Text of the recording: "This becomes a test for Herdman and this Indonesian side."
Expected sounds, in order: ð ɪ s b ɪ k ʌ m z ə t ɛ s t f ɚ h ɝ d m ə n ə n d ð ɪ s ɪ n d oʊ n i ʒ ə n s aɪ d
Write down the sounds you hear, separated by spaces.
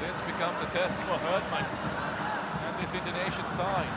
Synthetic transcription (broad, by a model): ð ɪ s b ɪ k ʌ m z ə t ɛ s t f ɚ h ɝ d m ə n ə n ð ɪ s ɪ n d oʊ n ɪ ʃ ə n s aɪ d